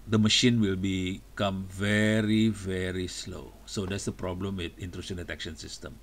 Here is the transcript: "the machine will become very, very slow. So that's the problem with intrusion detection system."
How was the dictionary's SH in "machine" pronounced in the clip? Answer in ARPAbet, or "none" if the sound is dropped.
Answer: SH